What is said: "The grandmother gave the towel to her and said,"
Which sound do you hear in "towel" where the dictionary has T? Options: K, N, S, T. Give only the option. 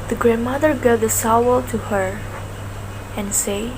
S